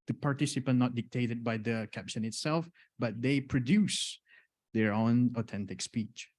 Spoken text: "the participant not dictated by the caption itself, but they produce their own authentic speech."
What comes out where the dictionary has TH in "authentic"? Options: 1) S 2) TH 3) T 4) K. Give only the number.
3